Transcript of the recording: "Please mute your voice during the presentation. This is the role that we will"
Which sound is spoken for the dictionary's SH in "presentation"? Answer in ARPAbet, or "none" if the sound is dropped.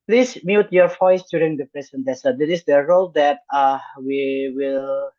S